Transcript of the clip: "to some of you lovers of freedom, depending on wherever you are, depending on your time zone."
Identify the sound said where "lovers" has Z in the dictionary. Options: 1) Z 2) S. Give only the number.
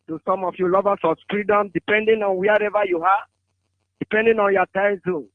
2